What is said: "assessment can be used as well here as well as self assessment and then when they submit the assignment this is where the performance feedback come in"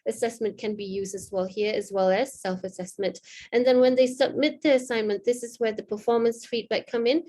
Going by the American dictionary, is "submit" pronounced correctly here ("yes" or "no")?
yes